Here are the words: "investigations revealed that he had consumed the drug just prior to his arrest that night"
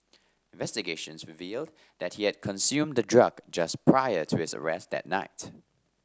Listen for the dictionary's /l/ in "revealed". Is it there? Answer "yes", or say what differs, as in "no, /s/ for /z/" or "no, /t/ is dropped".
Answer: yes